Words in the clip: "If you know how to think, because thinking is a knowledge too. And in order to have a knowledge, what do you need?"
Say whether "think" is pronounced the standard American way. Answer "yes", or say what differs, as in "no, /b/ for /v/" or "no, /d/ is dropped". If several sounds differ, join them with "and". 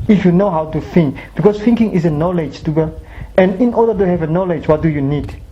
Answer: no, /f/ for /θ/